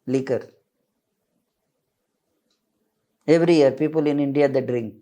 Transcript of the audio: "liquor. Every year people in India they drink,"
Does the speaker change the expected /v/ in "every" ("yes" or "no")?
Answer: no